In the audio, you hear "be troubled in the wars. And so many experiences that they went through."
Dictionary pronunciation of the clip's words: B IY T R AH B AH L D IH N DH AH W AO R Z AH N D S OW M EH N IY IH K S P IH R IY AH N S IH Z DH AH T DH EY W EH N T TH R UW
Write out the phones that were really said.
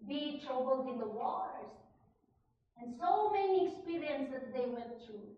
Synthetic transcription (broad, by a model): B IY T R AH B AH L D IH N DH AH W AO R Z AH N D S OW M EH N IY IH K S P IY R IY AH N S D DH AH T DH EY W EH T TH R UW